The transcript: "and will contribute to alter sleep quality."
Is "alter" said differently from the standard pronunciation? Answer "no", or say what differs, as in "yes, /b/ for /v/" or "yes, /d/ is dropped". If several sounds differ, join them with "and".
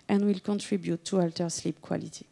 no